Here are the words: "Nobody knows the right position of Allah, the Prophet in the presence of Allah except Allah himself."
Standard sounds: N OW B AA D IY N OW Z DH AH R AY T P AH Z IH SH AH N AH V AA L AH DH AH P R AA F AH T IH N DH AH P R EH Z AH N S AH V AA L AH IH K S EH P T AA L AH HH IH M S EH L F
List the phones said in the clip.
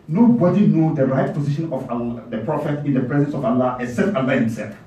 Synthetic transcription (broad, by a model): N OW B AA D IY N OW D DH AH R AY T P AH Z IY SH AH N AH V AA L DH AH P R AA F AH T IH N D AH P R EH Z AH N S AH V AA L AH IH S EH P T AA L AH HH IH M S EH L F